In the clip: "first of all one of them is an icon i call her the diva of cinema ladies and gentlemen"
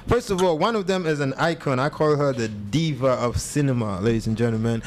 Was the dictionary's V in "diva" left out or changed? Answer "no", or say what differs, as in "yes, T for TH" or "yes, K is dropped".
no